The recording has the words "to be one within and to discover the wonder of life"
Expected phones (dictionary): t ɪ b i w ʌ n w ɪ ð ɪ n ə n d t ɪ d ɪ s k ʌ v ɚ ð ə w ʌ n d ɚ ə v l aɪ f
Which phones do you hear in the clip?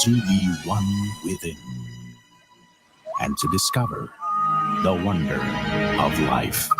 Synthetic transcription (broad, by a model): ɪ b i w ʌ n w ɪ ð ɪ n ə n t ɪ d ɪ s k ʌ v ɚ ð ə w ʌ n d ɚ ə v l aɪ f